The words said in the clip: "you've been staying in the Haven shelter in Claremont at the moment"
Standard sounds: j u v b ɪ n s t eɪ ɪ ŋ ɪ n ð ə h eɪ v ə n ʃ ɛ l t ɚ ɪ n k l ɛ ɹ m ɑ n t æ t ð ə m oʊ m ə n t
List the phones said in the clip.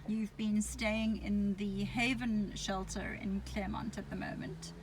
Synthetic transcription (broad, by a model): j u v b ɪ n s t eɪ ɪ ŋ ɪ n ð ə h eɪ v ə n ʃ ɛ l t ɚ ɪ n k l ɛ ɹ m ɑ n t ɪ t ð ə m oʊ m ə n t